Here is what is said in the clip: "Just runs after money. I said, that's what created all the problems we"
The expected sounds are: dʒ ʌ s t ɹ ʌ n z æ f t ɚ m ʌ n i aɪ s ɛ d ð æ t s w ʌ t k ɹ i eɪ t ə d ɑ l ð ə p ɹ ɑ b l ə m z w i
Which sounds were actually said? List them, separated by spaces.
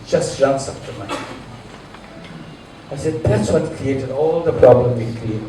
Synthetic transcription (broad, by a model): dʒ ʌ s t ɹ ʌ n s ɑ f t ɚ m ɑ i aɪ s ɛ d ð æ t s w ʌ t k ɹ i eɪ t ə d ɑ l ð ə p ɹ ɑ b l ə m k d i